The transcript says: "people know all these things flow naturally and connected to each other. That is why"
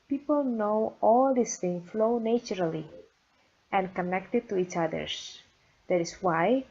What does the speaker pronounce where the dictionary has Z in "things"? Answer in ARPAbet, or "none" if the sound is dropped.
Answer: none